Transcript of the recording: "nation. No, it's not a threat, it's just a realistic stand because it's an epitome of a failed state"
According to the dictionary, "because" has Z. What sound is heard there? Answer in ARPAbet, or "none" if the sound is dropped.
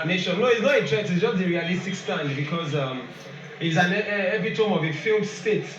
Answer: Z